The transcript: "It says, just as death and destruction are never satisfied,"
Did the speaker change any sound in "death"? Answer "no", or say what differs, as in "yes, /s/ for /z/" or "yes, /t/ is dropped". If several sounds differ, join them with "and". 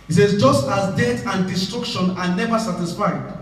yes, /t/ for /θ/